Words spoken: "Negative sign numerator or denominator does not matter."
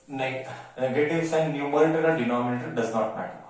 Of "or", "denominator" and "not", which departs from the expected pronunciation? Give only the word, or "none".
or